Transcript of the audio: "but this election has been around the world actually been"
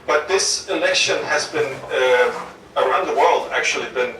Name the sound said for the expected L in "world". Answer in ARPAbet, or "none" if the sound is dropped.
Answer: L